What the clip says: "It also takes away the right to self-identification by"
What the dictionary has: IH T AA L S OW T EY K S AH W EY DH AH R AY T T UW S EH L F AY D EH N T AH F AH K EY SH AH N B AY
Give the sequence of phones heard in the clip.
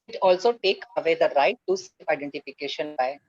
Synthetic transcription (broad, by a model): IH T AA L S OW T EY K AH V EY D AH R AY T T UW S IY AY D EH N T AH F AH K EY SH AH N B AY